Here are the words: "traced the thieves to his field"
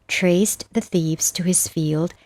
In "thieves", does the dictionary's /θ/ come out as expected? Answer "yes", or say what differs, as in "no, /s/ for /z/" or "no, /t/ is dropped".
yes